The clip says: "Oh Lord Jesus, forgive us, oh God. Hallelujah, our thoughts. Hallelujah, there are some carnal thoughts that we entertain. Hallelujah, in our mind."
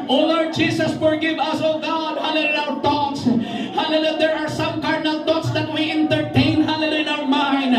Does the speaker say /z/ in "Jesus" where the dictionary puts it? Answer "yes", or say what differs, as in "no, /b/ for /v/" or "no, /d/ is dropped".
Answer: no, /s/ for /z/